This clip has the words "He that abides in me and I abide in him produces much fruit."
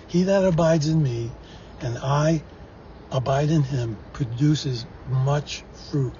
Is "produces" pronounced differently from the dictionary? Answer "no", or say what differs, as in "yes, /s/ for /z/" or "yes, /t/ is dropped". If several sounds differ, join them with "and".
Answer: no